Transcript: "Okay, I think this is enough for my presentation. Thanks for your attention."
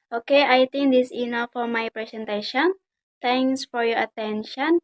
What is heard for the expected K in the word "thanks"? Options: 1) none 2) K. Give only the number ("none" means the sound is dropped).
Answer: 1